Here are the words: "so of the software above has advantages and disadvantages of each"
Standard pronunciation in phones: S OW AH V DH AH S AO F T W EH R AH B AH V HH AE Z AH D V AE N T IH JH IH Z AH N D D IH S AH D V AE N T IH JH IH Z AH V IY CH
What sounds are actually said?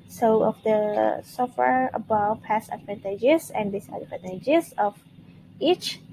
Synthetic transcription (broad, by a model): S OW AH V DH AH S AO F T W EH R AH B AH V HH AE S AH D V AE N T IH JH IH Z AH N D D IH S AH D P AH T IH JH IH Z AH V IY CH